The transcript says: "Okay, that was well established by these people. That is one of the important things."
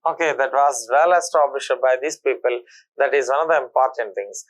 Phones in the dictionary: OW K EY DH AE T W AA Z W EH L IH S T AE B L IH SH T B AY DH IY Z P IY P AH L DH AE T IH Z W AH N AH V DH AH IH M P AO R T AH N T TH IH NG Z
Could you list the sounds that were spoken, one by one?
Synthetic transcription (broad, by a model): OW K EY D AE T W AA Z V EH L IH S T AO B IH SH B AY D IY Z P IY P AH L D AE T IH Z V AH N AH V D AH IH M P AO R T AH N T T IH NG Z